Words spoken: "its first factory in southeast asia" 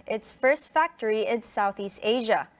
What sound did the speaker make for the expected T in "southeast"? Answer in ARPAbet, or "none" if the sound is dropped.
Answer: T